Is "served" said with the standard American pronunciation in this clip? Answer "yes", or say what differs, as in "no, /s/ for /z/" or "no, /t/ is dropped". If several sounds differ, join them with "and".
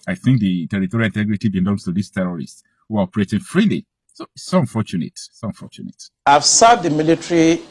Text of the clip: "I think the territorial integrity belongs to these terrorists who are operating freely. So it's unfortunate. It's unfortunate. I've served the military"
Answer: no, /v/ is dropped